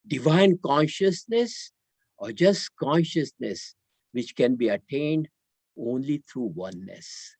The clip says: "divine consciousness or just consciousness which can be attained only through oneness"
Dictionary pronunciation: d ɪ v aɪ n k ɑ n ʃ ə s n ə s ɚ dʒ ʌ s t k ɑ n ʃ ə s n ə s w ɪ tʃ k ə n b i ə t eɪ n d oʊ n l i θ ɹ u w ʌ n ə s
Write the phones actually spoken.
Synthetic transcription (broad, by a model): d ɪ v aɪ n k ɑ n ʃ ə s n ə s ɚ dʒ ʌ s t k ɑ n ʃ ə s n ə s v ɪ tʃ k ə n b i ə t eɪ n d oʊ n l i t ɹ u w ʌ n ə s